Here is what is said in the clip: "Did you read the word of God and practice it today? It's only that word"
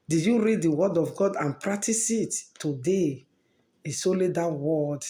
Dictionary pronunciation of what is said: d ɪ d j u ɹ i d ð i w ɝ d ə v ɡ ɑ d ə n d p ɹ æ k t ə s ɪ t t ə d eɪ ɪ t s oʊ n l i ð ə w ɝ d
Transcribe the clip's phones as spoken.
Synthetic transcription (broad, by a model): d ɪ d j u ɹ i d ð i w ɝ d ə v ɡ ɑ d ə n p ɹ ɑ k t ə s ɪ t t ə d eɪ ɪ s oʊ l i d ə w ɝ d